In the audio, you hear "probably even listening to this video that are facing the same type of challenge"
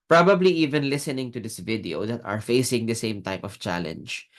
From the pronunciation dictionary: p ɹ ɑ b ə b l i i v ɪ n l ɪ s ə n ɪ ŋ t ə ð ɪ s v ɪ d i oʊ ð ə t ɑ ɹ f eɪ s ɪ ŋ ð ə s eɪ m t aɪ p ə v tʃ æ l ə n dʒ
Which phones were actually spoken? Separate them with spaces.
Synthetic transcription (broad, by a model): p ɹ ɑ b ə b l i i v ɪ n l ɪ s ə n ɪ ŋ t ə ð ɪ s v ɪ d i oʊ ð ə t ɑ ɹ f eɪ s ɪ ŋ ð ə s eɪ m t aɪ p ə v tʃ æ l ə n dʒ